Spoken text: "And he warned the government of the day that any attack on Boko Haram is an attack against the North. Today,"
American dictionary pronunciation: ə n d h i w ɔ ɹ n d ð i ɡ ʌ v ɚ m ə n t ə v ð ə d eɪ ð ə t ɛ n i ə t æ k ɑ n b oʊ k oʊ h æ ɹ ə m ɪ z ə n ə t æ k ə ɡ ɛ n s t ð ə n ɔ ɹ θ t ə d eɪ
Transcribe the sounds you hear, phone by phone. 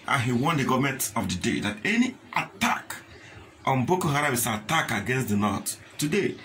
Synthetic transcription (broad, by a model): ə n h i w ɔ n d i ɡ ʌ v m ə n t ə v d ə d eɪ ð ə t ɛ n i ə t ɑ k ɑ n b oʊ k oʊ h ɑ ɹ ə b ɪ s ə t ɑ k ə ɡ ɛ n s t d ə n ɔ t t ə d eɪ